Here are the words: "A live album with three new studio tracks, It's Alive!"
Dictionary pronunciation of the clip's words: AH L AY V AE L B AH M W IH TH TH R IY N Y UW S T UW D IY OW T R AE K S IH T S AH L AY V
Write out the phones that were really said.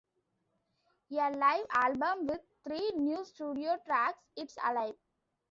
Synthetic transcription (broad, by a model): AH L AY V AE L B AH M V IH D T R IY N Y UW S T UW D IY OW T R AE K S IH T S AH L AY V